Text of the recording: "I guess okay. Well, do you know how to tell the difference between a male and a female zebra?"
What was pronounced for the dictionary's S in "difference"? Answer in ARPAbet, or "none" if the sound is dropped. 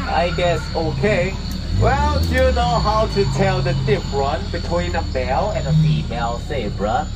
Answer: none